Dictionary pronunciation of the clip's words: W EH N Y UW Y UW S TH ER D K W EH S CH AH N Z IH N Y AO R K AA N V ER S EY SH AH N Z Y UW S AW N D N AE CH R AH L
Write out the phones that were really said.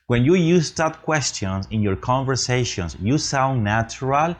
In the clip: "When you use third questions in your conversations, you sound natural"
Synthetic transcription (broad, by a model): W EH N Y UW Y UW S T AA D K W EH S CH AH N S IH N Y AO R K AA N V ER S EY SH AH N S Y UW S AW N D N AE CH R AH L